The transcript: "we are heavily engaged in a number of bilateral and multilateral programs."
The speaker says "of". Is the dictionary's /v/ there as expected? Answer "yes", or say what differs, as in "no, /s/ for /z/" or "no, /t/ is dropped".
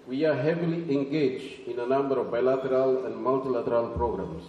yes